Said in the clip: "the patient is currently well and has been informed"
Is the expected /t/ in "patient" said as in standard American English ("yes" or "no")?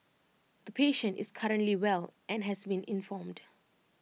yes